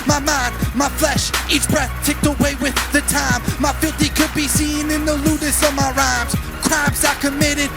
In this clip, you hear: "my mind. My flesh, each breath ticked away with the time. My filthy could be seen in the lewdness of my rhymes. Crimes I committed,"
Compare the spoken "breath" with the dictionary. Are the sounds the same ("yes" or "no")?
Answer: yes